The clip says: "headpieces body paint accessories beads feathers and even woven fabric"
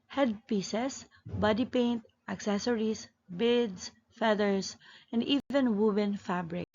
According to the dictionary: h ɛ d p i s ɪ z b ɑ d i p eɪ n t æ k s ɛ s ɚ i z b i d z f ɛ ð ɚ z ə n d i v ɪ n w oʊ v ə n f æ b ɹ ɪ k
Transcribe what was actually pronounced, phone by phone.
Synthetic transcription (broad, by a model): h ɛ d p i s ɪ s b ɑ d i p eɪ n t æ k s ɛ s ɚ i s b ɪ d s f ɛ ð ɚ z ə n d i v ɪ n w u b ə n f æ b ɹ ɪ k